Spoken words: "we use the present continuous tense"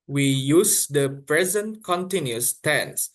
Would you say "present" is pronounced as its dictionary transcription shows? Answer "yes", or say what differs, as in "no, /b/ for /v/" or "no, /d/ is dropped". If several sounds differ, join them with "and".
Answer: yes